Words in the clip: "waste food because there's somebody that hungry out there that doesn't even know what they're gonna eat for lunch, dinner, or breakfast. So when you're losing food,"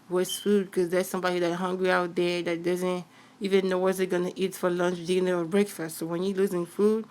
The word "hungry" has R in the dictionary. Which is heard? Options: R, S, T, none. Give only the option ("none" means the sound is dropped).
R